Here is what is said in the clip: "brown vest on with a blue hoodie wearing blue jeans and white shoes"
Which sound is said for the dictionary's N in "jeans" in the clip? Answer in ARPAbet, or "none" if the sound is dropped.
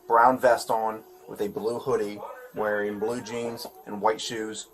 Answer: N